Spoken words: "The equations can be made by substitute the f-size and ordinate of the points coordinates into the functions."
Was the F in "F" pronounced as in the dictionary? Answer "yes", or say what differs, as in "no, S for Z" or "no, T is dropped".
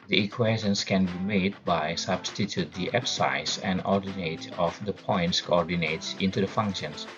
no, P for F